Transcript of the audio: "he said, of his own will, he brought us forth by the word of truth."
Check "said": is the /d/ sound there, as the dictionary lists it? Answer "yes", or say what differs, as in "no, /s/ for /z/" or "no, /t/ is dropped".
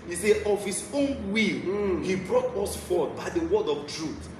no, /d/ is dropped